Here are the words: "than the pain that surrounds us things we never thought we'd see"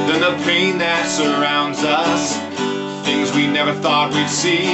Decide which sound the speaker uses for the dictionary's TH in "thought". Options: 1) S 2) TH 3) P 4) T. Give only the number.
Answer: 2